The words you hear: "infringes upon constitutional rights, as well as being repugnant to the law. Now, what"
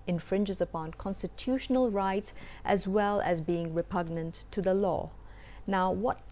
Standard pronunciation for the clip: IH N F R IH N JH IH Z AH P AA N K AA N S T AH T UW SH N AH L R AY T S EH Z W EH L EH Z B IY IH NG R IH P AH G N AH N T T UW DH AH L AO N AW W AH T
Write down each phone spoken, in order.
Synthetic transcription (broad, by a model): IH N F R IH N JH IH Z AH P AA N K AA N S T AH T UW SH N AH L R AY T S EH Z W EH L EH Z B IY IH NG R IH P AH G N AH N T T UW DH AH L AO N AW W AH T